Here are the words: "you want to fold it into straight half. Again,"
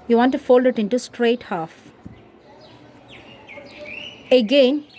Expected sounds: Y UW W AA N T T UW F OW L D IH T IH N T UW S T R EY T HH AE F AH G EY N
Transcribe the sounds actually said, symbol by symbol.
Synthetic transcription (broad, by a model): Y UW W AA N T T UW F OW L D IH T IH N T UW S T R EY T HH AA F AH G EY N